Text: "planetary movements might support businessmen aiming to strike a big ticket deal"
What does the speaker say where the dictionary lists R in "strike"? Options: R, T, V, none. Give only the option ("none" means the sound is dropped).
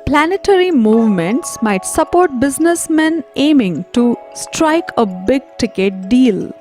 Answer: R